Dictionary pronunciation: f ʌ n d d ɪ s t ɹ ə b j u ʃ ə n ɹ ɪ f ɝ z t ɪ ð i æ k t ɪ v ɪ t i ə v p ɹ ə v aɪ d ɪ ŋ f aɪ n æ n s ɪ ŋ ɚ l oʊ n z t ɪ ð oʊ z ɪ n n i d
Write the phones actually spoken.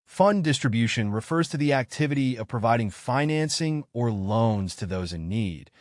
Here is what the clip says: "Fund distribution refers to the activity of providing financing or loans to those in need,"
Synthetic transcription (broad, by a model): f ʌ n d d ɪ s t ɹ ə b j u ʃ ə n ɹ ɪ f ɝ z t ɪ ð i æ k t ɪ v ɪ t i ə v p ɹ ə v aɪ d ɪ ŋ f aɪ n æ n s ɪ ŋ ɚ l oʊ n z t ɪ ð oʊ z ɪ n n i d